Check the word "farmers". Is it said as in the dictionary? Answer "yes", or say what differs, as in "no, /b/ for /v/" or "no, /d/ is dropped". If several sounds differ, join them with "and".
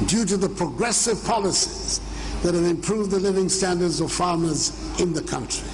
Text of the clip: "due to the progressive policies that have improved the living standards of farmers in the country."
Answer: yes